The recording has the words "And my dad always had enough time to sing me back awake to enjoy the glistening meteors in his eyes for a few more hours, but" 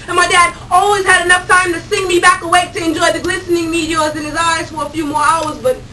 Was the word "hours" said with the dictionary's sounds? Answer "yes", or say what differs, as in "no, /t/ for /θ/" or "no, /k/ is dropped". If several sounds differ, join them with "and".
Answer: yes